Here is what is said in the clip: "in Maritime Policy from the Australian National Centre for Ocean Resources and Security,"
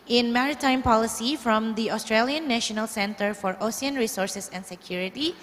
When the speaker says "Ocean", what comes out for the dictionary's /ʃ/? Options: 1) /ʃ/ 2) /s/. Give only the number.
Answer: 2